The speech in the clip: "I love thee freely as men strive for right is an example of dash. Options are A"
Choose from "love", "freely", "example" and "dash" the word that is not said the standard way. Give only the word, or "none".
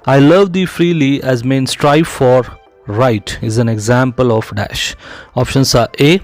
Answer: none